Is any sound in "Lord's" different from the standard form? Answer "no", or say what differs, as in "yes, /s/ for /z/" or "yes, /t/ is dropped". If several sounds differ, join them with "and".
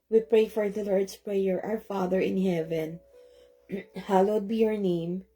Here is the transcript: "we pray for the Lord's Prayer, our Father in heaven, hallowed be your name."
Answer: yes, /s/ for /z/